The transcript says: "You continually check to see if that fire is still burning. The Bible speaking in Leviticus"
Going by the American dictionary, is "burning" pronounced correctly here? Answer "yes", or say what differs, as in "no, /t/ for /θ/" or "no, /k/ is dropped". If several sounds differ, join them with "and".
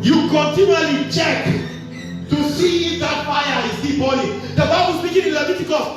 no, /l/ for /n/